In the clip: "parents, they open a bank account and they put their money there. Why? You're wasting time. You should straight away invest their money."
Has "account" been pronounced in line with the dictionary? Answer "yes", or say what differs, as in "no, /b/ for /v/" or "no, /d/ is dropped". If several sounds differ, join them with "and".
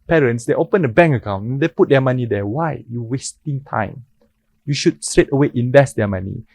no, /t/ is dropped